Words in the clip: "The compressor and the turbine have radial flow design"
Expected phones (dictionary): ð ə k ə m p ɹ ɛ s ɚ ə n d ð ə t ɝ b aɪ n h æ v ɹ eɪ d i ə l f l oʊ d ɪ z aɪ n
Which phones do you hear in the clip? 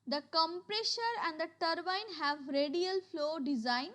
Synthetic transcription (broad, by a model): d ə k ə m p ɹ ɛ ʃ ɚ ə n d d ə t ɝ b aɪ n h æ v ɹ eɪ d i ə l f l oʊ d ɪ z aɪ n